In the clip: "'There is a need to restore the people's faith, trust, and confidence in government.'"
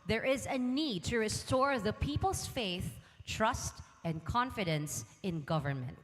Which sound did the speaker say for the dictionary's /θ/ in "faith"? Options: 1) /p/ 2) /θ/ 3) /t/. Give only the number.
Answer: 2